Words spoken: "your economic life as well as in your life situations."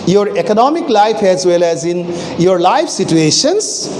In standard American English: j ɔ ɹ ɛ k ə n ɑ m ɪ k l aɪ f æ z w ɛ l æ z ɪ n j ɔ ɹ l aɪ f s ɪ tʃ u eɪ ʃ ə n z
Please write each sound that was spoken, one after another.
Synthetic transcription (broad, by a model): j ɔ ɹ ɛ k ə n ɑ m ɪ k l aɪ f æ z w ɛ l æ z ɪ n j ɔ ɹ l aɪ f s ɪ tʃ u eɪ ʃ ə n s